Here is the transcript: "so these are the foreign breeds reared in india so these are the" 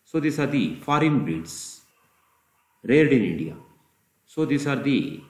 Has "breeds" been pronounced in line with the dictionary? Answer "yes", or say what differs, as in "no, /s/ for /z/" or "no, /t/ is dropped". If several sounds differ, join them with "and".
no, /ɹ/ is dropped